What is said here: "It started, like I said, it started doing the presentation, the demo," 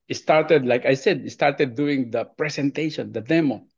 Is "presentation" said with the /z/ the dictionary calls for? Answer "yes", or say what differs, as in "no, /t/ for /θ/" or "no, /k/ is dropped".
no, /s/ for /z/